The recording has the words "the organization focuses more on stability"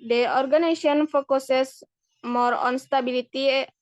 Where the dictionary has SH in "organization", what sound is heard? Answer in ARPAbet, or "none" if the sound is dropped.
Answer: none